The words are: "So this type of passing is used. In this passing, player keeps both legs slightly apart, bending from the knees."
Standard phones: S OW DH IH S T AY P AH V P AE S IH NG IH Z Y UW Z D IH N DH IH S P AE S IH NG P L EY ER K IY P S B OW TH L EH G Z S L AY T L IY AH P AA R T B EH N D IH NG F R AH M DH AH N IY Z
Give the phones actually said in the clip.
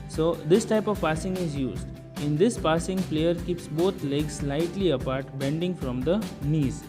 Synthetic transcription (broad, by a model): S OW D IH S T AY P AH V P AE S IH NG IH Z Y UW Z D IH N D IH S P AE S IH NG P L EY ER K IY P S B OW T L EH G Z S L AY T L IY AH P AA R T B EH N D IH NG F R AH M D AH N IY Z